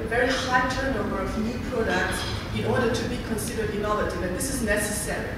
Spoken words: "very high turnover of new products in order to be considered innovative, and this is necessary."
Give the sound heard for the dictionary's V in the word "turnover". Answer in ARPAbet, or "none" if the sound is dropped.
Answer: B